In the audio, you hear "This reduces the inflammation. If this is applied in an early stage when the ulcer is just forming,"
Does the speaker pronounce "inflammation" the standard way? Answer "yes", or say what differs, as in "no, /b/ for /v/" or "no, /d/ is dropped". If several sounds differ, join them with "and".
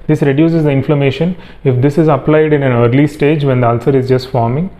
yes